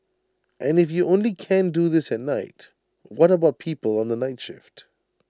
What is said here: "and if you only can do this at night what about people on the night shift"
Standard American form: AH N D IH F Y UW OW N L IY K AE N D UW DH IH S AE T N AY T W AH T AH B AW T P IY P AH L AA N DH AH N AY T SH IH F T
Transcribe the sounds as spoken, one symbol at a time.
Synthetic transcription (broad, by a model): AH N IH F Y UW OW N L IY K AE N D UW DH IH S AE T N AY T W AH T AH B AW T P IY P AH L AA N DH AH N AY T SH IH F T